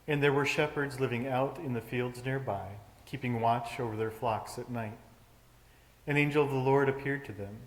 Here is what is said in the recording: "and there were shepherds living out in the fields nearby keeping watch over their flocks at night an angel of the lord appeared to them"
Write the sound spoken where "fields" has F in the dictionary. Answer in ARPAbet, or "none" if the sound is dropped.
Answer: F